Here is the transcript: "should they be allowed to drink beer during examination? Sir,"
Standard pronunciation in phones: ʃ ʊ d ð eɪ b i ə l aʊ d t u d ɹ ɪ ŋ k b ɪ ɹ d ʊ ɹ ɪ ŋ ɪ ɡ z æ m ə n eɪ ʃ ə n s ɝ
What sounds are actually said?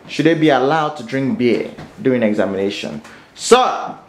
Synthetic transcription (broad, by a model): ʃ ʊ d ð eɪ b i ə l aʊ d t u d ɹ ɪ ŋ k b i d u ɪ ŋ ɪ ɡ z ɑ m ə n eɪ ʃ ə n s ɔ